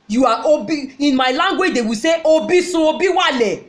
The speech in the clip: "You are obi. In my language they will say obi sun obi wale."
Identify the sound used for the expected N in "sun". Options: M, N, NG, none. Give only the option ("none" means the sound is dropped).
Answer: none